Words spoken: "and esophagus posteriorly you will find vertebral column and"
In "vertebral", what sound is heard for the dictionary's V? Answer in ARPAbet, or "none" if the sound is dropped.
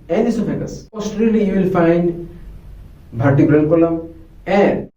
B